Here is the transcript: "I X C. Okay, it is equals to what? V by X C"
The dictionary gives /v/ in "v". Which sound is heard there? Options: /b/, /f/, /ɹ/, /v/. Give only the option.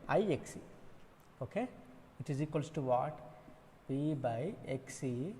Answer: /b/